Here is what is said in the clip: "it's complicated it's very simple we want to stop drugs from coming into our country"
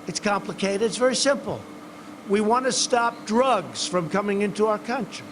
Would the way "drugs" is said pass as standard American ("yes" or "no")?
yes